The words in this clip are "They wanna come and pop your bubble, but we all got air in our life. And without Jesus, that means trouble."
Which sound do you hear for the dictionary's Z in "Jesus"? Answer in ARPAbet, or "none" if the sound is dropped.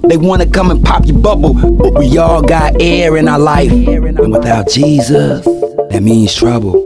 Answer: Z